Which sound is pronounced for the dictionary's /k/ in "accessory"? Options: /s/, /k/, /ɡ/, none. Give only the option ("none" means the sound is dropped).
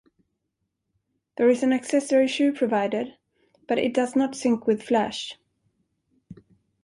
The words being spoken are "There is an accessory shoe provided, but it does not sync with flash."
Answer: /k/